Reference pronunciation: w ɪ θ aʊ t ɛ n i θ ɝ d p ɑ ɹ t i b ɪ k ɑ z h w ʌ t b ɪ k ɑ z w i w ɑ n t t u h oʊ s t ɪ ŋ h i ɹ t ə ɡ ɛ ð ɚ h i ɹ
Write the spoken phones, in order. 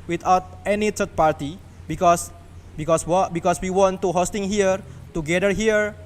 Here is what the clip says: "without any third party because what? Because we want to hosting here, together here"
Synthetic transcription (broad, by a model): w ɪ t aʊ t ɛ n i t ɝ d p ɑ ɹ t i b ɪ k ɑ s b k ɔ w b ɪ k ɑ s w i w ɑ n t t u h oʊ s t ɪ ŋ h i ɹ t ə ɡ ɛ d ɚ h i ɹ